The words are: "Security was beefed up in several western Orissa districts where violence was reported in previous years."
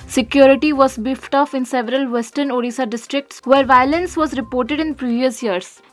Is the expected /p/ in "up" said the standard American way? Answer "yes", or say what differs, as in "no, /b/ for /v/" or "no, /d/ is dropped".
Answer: no, /f/ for /p/